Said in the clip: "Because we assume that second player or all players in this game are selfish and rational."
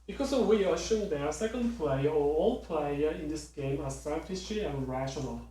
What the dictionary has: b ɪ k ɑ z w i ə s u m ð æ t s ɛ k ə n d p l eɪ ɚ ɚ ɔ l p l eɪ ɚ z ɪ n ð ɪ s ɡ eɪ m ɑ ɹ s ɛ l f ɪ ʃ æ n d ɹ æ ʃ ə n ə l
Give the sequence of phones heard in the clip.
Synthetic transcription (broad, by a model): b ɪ k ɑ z w i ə ʃ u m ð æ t s ɛ k ə n d p l eɪ ɚ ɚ ɔ l p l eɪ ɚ ɪ n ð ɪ s ɡ eɪ m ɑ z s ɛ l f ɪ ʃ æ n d ɹ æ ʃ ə n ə l